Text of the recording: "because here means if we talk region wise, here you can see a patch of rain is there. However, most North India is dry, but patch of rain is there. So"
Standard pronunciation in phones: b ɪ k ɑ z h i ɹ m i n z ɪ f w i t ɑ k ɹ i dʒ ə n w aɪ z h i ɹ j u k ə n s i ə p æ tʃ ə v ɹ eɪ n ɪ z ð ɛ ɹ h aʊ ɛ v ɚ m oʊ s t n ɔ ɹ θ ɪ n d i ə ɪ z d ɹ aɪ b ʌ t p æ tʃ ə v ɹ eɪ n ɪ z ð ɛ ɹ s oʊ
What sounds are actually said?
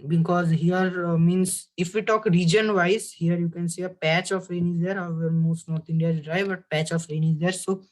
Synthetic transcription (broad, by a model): b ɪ k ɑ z h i ɹ m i n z ɪ f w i t ɑ k ɹ i dʒ ə n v aɪ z h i ɹ j u k ə n s i ə p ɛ tʃ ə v ɹ eɪ n ɪ z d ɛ ɹ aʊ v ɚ m oʊ s t n ɔ ɹ t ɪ n d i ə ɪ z d ɹ aɪ b ʌ t p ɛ tʃ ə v ɹ eɪ n ɪ z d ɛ ɹ s oʊ